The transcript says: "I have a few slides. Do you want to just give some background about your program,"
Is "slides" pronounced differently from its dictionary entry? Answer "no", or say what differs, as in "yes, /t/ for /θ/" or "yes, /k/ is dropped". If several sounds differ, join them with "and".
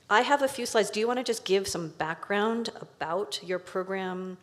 no